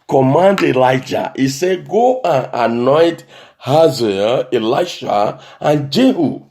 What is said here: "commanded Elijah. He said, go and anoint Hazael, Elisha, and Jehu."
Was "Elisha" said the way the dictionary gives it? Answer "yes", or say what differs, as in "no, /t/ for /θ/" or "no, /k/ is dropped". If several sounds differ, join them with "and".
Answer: no, /l/ is dropped